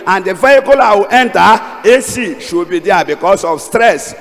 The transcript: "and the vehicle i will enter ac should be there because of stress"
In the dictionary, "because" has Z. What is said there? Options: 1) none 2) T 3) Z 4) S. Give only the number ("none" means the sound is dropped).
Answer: 4